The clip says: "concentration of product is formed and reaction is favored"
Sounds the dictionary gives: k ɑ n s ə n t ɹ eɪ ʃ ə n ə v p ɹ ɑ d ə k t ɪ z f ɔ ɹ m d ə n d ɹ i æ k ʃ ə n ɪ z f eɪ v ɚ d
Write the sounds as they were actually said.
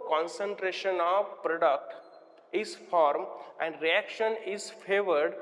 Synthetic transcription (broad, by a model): k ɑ n s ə n t ɹ eɪ ʃ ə n ə v p ɹ ɑ d ə k t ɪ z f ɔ ɹ m ə n d ɹ i æ k ʃ ə n ɪ z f eɪ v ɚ d